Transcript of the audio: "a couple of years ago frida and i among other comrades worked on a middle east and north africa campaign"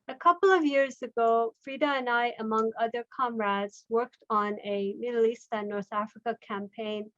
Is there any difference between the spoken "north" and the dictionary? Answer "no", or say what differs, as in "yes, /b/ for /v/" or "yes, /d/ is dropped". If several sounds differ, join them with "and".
no